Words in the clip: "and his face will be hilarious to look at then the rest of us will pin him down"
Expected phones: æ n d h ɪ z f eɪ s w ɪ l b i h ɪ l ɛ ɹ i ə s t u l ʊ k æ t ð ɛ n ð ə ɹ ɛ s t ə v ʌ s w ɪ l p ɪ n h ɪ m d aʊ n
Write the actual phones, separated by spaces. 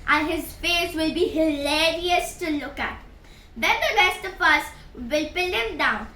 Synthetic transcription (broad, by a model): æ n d h ɪ z f eɪ s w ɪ l b i h ɪ l ɛ ɹ i ə s t u l ʊ k æ t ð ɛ n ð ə ɹ ɛ s t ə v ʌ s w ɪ l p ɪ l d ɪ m d aʊ n